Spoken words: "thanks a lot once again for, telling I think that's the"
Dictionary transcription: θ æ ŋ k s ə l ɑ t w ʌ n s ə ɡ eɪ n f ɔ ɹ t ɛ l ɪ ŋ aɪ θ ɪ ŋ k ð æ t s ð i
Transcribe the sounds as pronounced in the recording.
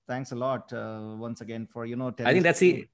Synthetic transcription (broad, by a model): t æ ŋ k s ə l ɑ t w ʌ n s ə ɡ eɪ n f ɔ ɹ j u n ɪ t aɪ t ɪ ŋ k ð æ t s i